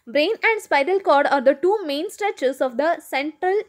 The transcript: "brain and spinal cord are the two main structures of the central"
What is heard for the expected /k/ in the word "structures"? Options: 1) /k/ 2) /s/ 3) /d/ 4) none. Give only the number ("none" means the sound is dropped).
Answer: 4